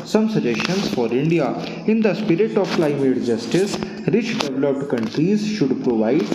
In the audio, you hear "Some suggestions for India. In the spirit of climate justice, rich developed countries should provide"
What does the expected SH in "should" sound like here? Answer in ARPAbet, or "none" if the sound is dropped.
SH